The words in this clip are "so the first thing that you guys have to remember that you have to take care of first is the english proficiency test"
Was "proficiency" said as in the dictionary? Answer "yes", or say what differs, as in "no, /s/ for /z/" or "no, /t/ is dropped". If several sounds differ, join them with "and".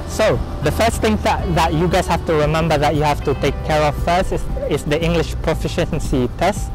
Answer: yes